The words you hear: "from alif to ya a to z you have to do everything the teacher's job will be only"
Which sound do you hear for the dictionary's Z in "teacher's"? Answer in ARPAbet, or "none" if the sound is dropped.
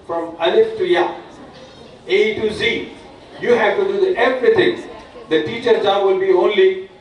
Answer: none